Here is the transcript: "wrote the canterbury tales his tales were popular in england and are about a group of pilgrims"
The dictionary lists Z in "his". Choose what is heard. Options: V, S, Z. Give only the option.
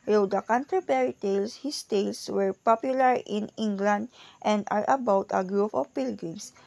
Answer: S